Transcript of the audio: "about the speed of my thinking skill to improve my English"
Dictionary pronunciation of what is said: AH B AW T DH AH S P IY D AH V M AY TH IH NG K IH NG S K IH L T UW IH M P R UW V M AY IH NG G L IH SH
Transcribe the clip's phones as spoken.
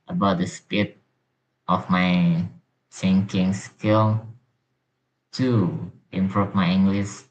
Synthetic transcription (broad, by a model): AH B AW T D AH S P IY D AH F M AY S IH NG K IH NG S K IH L T UW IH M P R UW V M AY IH NG G L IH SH